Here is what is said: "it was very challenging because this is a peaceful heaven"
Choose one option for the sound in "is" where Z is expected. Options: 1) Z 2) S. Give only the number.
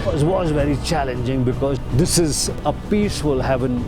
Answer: 1